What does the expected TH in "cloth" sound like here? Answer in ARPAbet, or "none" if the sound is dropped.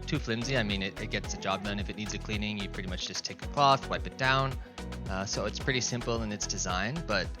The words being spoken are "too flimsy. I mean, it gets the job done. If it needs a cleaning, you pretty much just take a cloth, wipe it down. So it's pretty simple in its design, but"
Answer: TH